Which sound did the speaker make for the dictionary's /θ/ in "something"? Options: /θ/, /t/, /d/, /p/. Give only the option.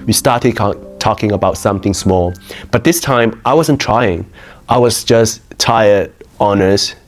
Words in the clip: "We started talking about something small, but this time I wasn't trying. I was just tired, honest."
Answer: /θ/